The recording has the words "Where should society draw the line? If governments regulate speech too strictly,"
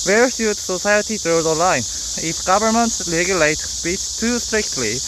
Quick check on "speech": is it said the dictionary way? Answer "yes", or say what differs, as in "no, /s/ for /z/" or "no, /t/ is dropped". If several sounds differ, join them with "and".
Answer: no, /s/ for /tʃ/